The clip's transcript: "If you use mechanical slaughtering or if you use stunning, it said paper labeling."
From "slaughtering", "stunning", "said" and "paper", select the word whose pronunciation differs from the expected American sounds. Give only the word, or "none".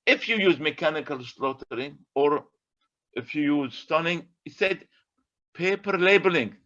none